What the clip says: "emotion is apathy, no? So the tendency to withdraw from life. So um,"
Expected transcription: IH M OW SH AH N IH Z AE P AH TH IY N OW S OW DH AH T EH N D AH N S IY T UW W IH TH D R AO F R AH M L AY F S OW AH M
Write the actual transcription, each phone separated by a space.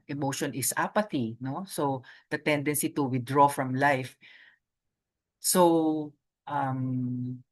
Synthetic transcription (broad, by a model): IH M OW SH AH N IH S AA P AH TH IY N OW S OW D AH T EH N D AH N S IY T UW W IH D R AO F R AH M L AY F S OW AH M